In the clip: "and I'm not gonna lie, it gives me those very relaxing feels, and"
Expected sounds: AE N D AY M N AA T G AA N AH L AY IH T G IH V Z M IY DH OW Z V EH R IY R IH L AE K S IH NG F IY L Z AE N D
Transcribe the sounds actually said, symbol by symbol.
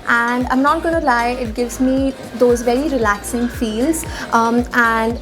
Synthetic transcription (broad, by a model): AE N D AY M N AA T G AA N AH L AY IH T G IH V Z M IY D OW Z V EH R IY R IH L AE K S IH NG F IY L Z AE N D